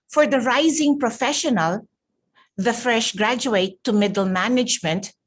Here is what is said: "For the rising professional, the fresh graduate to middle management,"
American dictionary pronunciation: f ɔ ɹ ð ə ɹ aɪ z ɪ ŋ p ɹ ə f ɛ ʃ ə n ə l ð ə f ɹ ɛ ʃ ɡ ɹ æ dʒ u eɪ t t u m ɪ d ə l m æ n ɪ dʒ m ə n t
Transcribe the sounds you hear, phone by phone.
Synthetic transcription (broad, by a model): f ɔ ɹ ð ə ɹ aɪ z ɪ ŋ p ɹ ə f ɛ ʃ ə n ə l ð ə f ɹ ɛ ʃ ɡ ɹ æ dʒ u eɪ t t u m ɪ d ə l m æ n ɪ dʒ m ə n t